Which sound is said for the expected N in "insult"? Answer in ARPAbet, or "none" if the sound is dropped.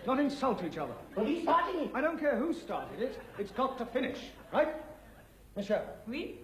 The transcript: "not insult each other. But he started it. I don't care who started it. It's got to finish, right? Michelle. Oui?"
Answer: N